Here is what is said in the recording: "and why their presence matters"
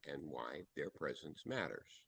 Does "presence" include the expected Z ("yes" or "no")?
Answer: yes